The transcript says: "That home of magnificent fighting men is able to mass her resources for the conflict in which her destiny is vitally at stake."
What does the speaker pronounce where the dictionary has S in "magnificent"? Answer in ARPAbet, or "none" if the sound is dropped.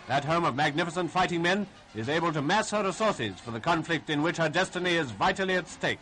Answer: S